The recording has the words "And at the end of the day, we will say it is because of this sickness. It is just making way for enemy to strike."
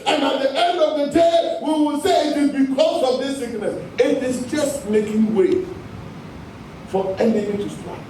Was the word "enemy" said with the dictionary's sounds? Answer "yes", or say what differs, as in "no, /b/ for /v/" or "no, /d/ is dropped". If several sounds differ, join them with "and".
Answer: no, /m/ is dropped